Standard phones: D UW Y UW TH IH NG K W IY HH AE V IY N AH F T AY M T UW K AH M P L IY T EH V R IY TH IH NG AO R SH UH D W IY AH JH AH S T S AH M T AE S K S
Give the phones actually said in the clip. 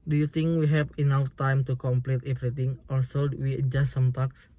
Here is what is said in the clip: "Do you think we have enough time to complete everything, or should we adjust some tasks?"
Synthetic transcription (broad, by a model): D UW Y UW T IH NG K W IY HH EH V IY N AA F T AY M T UW K AH M P L IY T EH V R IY T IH NG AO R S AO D W IY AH JH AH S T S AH M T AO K S